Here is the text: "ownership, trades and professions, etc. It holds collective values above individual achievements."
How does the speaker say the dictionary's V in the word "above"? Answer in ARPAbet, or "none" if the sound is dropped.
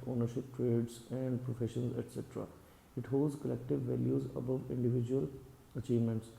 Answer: V